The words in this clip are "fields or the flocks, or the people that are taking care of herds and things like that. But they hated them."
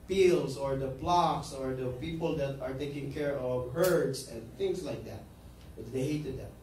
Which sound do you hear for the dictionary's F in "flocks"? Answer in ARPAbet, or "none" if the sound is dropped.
P